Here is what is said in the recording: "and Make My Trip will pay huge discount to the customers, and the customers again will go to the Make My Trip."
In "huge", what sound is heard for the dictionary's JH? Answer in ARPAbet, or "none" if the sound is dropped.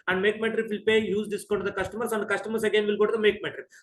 Z